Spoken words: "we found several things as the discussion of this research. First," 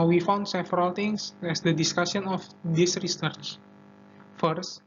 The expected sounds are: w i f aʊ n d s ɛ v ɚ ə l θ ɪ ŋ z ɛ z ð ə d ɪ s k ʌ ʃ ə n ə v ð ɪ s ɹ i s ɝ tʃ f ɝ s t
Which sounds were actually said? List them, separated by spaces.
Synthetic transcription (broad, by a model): w i f aʊ n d s ɛ v ɚ ə l t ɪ ŋ s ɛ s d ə d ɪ s k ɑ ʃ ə n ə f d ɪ s ɹ i s ɝ tʃ f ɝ s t